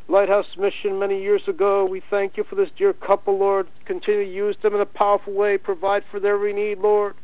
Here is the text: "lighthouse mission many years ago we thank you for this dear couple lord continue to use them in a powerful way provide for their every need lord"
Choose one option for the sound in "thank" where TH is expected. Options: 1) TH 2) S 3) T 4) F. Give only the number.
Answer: 1